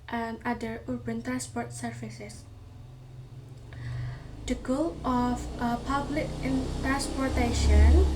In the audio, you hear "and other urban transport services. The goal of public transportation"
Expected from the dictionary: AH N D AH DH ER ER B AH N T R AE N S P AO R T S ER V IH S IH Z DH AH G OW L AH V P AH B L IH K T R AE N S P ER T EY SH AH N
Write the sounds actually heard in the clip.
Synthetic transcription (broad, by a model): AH N D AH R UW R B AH N T R AE N S P AO R T S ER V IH S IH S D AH G OW L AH F P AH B L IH K T R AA N S P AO T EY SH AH N